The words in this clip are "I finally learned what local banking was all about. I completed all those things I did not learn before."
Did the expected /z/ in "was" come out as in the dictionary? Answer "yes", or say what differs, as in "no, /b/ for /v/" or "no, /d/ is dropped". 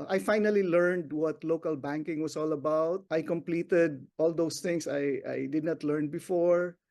no, /s/ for /z/